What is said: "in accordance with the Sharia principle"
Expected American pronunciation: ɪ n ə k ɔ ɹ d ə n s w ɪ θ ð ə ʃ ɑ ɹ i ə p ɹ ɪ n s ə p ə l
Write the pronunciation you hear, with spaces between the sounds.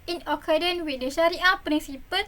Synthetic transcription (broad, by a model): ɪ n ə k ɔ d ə n w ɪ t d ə ʃ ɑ ɹ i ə p ɹ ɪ n s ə p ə l